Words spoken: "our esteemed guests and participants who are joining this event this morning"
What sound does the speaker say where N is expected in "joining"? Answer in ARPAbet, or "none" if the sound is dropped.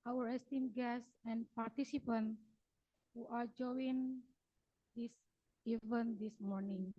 none